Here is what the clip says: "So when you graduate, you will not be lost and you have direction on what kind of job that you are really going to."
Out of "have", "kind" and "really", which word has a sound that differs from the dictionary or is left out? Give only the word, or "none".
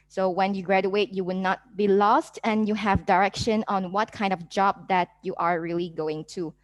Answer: none